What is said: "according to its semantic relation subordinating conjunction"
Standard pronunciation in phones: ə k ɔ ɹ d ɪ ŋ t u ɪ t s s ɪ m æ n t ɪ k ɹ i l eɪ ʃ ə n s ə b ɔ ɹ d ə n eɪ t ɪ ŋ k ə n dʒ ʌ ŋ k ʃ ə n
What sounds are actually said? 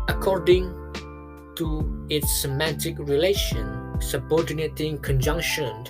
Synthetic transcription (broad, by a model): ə k ɔ ɹ d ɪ ŋ t u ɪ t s s ɪ m æ n t ɪ k ɹ i l eɪ ʃ ə n s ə b ɔ ɹ d n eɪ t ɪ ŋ k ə n dʒ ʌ ŋ k ʃ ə n